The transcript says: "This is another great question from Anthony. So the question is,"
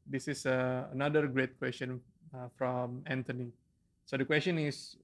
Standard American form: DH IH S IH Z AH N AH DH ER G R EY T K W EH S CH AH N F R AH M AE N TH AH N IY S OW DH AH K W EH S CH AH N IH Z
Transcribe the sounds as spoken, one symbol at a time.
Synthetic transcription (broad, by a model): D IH S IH S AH N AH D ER G R EY T K W EH S CH AH N F R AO M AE N T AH N IY S OW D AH K W EH S CH AH N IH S